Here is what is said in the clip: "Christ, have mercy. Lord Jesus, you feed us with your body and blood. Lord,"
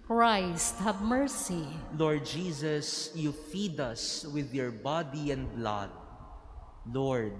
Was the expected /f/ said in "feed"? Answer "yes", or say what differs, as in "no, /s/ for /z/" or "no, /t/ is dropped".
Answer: yes